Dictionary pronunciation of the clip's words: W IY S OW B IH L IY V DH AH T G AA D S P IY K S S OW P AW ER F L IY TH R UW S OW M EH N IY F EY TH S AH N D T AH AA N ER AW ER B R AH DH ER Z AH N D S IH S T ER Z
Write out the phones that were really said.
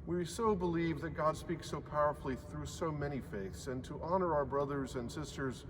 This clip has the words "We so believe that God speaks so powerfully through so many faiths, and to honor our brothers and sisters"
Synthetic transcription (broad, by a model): W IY S OW B IH L IY V DH AH T G AA D S P IY K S S OW P AW ER F L IY TH R UW S OW M EH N IY F EY TH S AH N T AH AA N ER AW ER B R AH DH ER Z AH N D S IH S T ER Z